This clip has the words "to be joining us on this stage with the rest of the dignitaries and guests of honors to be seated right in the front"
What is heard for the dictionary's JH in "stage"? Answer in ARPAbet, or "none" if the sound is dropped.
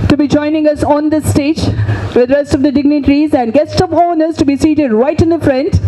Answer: JH